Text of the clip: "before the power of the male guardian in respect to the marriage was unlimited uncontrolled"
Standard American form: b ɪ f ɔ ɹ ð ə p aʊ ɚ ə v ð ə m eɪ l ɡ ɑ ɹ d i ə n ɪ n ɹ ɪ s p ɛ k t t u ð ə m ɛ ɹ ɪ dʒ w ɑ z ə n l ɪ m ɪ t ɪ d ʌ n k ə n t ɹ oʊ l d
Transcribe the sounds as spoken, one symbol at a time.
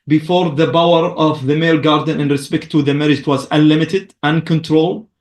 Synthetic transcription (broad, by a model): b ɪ f ɔ ɹ ð ə b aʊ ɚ ə v ð ə m eɪ l ɡ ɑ ɹ d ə n ɪ n ɹ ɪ s p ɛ k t t u ð ə m ɛ ɹ ɪ dʒ w ɑ z ə n l ɪ m ɪ t ɪ d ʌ n k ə n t ɹ oʊ l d